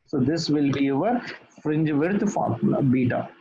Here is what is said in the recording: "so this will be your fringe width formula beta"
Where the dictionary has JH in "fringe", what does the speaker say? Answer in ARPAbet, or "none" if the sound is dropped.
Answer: JH